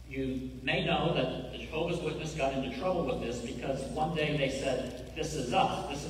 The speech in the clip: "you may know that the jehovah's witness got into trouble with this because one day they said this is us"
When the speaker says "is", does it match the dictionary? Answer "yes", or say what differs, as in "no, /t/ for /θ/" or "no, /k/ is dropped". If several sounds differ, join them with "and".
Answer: yes